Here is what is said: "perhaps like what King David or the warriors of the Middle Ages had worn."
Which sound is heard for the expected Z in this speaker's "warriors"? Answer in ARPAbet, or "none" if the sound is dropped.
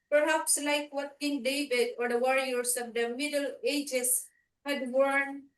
S